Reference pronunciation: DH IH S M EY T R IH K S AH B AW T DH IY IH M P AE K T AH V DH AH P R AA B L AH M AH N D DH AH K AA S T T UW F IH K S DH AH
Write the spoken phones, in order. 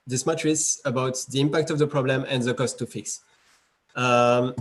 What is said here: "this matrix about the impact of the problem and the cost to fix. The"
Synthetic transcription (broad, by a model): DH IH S M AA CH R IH S AH B AW T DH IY IH M P AE K T AH V DH AH P R AA B L AH M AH N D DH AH K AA S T T UW F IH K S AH